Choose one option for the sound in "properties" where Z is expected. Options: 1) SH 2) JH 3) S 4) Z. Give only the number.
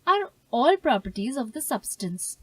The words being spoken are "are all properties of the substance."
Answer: 4